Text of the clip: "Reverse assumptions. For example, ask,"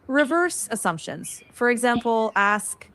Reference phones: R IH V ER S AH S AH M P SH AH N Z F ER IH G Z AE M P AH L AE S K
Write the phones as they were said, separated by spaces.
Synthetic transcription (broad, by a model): R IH V ER S AH S AH M P SH AH N Z F ER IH G Z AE M P L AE S K